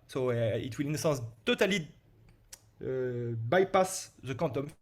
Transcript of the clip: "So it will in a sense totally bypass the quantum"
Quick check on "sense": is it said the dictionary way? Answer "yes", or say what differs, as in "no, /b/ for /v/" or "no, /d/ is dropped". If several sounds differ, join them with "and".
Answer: no, /n/ is dropped